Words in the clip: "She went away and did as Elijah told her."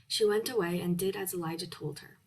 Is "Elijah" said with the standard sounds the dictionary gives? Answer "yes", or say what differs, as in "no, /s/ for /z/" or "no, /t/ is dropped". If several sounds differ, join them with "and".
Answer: yes